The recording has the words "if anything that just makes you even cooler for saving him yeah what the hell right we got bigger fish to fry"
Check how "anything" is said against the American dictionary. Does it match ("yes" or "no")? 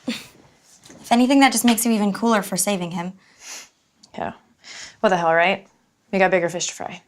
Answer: yes